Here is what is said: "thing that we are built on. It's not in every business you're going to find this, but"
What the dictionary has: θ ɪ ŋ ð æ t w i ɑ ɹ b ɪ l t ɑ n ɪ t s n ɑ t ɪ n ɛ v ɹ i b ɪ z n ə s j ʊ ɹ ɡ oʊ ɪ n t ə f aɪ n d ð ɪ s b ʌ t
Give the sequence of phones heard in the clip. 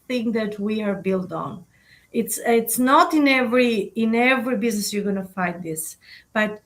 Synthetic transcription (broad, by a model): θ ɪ ŋ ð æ t w i ɑ ɹ b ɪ l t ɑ n ɪ t s n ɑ t ɪ n ɛ v ɹ i b ɪ z n ə s j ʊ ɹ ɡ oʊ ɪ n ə f aɪ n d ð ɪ s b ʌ t